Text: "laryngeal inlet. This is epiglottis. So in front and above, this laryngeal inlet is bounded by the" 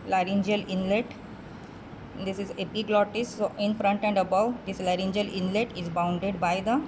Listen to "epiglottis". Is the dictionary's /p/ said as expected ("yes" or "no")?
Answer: no